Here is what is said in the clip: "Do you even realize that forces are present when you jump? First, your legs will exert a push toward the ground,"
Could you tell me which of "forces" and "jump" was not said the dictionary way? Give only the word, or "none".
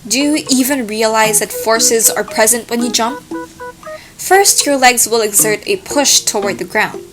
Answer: none